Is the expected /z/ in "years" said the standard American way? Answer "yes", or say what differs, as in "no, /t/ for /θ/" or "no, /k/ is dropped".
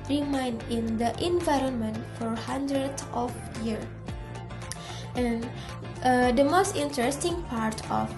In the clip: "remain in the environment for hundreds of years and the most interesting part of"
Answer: no, /z/ is dropped